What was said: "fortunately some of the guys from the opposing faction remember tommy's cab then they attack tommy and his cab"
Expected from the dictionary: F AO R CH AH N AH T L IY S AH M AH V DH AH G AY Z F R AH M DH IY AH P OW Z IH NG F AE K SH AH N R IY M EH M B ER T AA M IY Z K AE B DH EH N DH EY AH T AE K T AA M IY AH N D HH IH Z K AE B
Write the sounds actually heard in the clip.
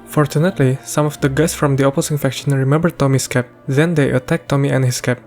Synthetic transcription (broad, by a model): F AO R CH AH N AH T L IY S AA M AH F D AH G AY S F R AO M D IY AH P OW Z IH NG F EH K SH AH N R IY M EH M B ER T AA M IY S K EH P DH EH N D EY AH T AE K T AA M IY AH N HH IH S K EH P